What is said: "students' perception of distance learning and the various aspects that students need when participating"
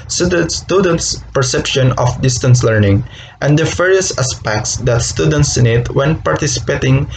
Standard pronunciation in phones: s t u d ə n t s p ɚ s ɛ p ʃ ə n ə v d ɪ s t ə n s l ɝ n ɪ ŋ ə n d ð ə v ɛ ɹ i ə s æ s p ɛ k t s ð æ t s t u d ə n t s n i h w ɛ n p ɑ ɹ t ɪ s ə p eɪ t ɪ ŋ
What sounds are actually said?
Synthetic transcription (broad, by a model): s t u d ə n t s p ɚ s ɛ p ʃ ə n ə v d ɪ s t ə n s l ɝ n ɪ ŋ ə n d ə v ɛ ɹ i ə s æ s p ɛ k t s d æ t s t u d ə n t s n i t w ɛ n p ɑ ɹ t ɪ s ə p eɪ t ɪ ŋ